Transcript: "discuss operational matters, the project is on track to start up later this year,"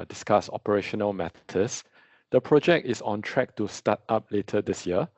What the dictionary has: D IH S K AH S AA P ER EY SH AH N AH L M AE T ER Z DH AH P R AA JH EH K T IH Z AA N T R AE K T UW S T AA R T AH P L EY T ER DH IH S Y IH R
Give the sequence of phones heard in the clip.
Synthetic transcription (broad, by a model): D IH S K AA S AA P ER EY SH AH N AH L M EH T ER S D AH P R AA JH EH K T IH S AA N T R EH K T UW S T AA T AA P L EY T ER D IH S Y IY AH